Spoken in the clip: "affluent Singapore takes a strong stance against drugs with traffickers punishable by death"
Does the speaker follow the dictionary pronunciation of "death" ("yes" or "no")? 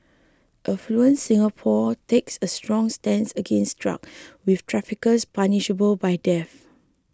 no